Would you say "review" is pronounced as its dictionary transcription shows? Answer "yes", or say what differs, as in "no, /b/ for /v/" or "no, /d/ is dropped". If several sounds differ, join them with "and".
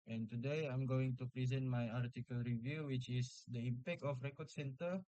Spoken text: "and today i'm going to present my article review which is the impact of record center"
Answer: yes